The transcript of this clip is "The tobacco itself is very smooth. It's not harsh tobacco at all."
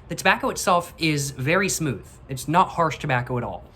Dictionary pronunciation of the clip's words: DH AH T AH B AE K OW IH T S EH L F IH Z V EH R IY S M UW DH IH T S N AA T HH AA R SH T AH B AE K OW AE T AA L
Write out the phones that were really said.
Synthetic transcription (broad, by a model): DH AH T AH B AE K OW IH T S EH L F IH Z V EH R IY S M UW DH IH T S N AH T HH AA R SH T AH B AE K OW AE T AA L